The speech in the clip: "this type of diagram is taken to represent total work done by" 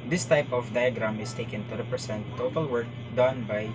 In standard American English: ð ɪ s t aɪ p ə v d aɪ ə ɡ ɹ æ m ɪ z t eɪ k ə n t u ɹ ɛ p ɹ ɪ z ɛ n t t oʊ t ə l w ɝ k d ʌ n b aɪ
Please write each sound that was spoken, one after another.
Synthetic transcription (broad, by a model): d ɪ s t aɪ p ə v d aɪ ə ɡ ɹ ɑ m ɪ s t eɪ k ə n t u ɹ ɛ p ɹ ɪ s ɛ n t t oʊ t ə l w ɝ k d ʌ n b aɪ